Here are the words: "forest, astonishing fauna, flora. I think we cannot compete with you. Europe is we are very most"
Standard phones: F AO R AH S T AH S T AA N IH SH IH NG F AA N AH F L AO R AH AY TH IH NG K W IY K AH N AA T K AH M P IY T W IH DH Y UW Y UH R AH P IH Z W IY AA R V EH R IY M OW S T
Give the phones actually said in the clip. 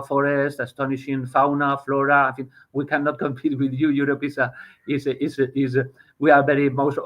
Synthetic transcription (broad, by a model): F AO R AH S T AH S T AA N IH SH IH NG F AA N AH F L AO R AH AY F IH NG W IY K AH N AA T K AH M P IY T W IH DH Y UW Y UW R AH P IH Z W IY AA R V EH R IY M OW S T